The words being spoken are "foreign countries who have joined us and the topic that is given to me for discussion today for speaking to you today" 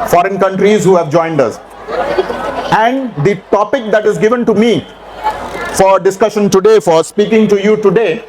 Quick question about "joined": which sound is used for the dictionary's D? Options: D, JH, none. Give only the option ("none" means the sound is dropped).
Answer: D